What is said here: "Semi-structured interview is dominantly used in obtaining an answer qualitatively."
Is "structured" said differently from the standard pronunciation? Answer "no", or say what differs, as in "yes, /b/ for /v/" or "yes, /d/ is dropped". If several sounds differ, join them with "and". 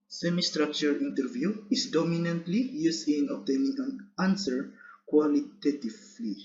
yes, /d/ is dropped